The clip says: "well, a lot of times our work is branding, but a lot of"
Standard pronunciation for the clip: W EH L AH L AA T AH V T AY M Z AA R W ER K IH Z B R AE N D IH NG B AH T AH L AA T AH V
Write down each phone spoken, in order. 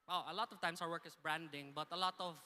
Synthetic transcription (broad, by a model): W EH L AH L AA T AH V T AY M S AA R W ER K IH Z B R AE N D IH NG B AH T AH L AA T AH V